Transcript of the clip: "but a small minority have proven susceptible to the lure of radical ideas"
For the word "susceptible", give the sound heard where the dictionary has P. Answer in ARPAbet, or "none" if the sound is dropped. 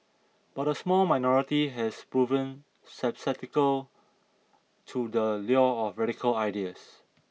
none